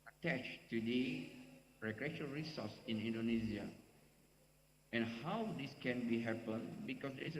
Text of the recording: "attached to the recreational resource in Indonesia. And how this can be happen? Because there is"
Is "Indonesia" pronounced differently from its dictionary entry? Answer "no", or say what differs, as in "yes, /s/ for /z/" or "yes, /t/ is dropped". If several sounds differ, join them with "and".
yes, /z/ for /ʒ/